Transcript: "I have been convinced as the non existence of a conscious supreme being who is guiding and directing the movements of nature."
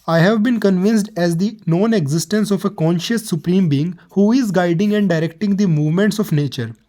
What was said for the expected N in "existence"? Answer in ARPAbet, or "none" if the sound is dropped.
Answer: N